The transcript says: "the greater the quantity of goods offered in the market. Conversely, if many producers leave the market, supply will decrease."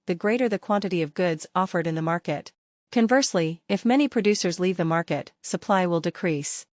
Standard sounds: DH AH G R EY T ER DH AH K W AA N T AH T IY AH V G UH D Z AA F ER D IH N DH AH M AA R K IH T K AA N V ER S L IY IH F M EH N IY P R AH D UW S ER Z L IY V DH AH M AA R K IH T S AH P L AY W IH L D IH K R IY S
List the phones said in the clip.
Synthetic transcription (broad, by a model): DH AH G R EY T ER DH AH K W AA N T AH T IY AH V G UH D Z AA F ER D IH N DH AH M AA R K IH T K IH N V ER S L IY IH F M EH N IY P R AH D UW S ER Z L IY V DH AH M AA R K IH T S AH P L AY W IH L D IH K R IY S